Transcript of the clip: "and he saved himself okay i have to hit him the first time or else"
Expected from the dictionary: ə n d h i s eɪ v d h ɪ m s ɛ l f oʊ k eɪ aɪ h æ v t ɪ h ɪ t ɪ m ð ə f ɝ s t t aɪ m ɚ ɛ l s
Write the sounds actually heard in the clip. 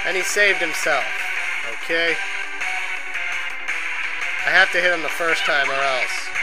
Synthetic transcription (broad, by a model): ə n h i s eɪ v d h ɪ m s ɛ l f oʊ k eɪ aɪ h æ f t ɪ h ɪ t ɪ m ð ə f ɝ s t t aɪ m ɚ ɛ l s